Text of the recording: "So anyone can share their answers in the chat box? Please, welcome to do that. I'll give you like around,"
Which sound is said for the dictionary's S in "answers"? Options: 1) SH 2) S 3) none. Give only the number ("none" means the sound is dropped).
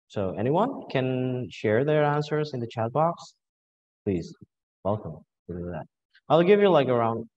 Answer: 2